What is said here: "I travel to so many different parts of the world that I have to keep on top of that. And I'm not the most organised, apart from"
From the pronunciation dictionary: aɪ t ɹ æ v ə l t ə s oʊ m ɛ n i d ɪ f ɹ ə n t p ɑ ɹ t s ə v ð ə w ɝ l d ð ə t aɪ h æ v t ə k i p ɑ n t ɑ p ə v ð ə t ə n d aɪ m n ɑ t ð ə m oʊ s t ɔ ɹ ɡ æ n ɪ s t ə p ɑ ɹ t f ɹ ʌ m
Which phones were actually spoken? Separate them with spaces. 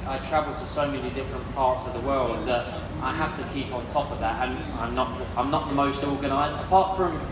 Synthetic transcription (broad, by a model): aɪ t ɹ æ v ə l t ə s oʊ m ɛ n i d ɪ f ɹ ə n p ɑ ɹ t s ə v ð ə w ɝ l d ð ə t aɪ h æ f t ə k i p n t ɑ p ə v ð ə t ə n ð aɪ m n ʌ t ð ə m oʊ s t ɔ ɹ ɡ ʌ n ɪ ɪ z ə p ɑ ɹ t f ɹ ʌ m